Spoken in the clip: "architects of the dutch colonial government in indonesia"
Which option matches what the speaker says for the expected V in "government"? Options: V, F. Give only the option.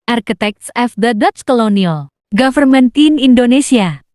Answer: F